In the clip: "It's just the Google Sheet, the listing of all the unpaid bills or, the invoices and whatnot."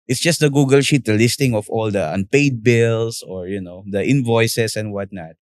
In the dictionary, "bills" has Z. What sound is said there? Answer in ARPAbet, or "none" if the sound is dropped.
S